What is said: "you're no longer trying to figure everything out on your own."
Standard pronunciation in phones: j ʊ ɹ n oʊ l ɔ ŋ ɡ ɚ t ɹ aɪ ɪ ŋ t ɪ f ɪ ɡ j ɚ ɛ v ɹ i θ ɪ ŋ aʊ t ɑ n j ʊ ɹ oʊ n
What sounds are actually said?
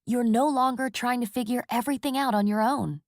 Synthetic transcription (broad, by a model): j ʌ ɹ n oʊ l ɔ ŋ ɡ ɚ t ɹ aɪ ɪ ŋ t ɪ f ɪ ɡ j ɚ ɛ v ɹ i θ ɪ ŋ aʊ t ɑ n j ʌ ɹ oʊ n